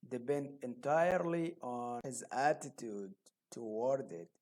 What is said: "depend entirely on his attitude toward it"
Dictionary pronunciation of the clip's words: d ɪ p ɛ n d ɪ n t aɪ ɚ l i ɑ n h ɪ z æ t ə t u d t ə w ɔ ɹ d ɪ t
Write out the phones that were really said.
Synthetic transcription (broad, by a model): d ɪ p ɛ n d ɪ n t aɪ ɚ l i ɑ n h ɪ z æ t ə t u d t ə w ɔ ɹ d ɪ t